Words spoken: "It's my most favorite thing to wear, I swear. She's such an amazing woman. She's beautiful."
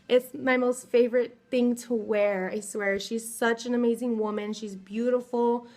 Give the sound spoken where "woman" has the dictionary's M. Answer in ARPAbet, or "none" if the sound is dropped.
M